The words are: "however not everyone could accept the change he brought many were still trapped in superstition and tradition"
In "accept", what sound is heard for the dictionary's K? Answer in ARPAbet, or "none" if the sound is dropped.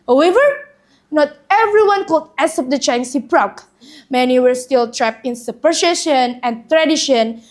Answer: none